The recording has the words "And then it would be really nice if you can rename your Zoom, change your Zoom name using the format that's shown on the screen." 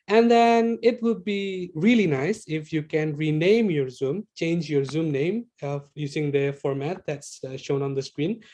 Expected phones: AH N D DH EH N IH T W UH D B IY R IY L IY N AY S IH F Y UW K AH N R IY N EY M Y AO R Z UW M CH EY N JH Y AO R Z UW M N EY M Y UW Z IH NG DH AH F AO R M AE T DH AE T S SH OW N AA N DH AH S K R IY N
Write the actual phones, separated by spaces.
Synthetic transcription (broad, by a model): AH N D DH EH N IH T W UH D B IY R IY L IY N AY S IH F Y UW K AH N R IY N EY M Y AO R Z UW M CH EY N JH Y AO R Z UW M N EY M Y UW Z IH NG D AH F AO R M AE T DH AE T S SH OW N AA N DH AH S K R IY N